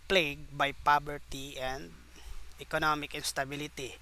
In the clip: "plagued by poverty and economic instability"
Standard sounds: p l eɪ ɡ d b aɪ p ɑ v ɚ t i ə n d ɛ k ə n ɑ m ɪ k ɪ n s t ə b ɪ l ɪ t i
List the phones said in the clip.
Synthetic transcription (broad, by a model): p l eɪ ɡ b aɪ p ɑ b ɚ t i ə n d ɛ k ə n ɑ m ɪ k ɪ n s t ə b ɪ l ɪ t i